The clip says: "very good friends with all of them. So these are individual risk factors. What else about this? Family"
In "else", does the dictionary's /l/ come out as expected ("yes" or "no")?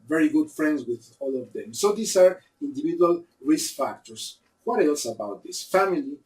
yes